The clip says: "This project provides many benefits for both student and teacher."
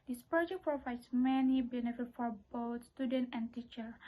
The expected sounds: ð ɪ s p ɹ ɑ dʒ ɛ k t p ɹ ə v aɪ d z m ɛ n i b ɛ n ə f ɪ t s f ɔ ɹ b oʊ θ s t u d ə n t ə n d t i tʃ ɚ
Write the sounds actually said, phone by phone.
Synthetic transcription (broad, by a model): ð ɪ s p ɹ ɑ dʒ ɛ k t p ɹ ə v aɪ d s m ɛ n i b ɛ n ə f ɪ t f ɔ ɹ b oʊ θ s t u d ə n t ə n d t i tʃ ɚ